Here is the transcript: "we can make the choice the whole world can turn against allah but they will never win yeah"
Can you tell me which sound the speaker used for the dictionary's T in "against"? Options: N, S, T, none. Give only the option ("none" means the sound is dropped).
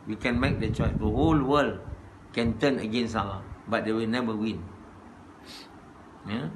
none